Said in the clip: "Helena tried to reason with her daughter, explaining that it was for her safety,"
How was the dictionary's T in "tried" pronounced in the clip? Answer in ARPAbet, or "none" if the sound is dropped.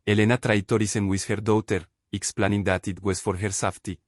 T